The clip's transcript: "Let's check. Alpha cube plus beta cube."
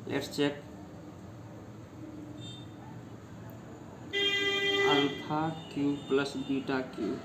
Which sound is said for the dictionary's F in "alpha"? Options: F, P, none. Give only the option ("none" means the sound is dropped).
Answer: P